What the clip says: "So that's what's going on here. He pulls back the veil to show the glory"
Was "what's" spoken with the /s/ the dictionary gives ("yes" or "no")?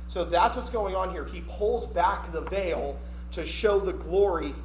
yes